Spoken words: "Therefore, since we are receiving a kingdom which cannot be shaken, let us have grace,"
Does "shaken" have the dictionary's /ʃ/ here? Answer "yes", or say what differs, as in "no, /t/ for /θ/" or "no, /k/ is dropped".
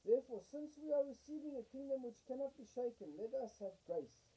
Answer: yes